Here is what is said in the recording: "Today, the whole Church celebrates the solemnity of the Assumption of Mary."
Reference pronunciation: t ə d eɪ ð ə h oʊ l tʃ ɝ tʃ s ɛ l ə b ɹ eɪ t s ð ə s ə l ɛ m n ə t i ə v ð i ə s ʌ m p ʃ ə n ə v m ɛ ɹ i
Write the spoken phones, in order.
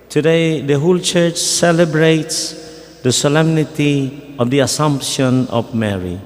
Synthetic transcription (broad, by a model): t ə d eɪ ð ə h oʊ l tʃ ɝ tʃ s ɛ l ə b ɹ eɪ t s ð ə s ə l ɛ m n ə t i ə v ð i ə s ʌ m p ʃ ə n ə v m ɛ ɹ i